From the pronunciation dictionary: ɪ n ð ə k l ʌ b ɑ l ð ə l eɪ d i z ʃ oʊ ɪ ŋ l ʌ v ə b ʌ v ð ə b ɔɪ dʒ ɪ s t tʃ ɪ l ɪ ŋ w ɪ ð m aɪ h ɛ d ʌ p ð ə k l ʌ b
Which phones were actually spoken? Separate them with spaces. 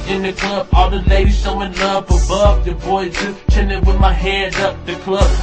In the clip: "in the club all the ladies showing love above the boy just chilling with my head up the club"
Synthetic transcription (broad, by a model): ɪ n ð ə k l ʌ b ɑ l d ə l eɪ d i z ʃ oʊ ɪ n l ʌ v ə b ʌ v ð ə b ɔɪ z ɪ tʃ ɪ n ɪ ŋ w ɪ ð m aɪ h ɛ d ʌ p ð ə k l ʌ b